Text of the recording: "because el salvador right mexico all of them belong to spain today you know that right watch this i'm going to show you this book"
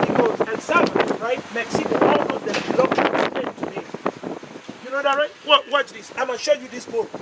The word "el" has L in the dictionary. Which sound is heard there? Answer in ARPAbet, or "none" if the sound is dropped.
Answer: N